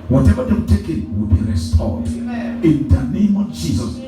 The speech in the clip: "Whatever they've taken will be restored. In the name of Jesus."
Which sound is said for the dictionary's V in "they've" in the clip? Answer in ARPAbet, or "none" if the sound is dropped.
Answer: W